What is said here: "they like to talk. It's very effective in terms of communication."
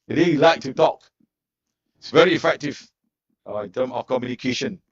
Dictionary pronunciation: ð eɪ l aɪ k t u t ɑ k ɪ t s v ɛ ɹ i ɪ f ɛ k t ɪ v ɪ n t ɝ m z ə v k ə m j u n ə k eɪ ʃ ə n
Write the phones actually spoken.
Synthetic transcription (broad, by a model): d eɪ l aɪ k t u t ɑ k ɪ t s v ɛ ɹ i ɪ f ɛ k t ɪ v ɪ n t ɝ m ə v k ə m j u n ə k eɪ ʃ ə n